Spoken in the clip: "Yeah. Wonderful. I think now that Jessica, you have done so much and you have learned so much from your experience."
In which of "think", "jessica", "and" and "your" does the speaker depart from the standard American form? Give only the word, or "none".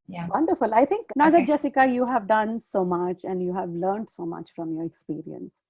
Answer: think